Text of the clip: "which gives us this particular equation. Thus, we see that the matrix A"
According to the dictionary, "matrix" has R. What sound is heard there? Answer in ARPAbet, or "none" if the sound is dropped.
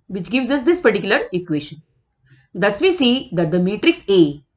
R